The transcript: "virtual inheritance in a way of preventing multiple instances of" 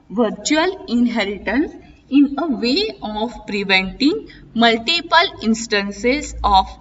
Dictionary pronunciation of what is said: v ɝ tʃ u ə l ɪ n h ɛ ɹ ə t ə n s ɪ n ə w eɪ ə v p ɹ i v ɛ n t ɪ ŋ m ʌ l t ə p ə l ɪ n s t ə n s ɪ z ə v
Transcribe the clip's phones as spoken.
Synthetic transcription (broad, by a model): v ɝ tʃ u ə l ɪ n h ɛ ɹ ə t ə n s ɪ n ə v eɪ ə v p ɹ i v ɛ n t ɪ ŋ m ʌ l t ə p ə l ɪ n s t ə n s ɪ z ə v